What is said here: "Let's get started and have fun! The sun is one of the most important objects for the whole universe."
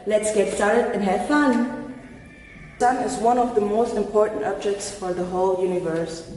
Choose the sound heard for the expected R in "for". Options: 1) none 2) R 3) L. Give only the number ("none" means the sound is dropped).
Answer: 2